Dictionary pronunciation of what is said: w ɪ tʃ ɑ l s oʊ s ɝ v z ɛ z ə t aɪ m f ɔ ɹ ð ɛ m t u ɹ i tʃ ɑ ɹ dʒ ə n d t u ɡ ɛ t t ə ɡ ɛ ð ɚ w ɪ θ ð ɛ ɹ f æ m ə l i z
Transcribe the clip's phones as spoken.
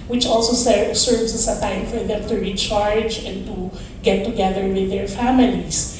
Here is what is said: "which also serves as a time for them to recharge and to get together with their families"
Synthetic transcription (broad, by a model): w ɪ tʃ ɑ l s oʊ s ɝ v s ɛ s ə t aɪ m f ɔ ɹ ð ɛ m t u ɹ i tʃ ɑ ɹ dʒ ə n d t u ɡ ɛ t t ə ɡ ɛ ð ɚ w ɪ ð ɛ ɹ f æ m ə l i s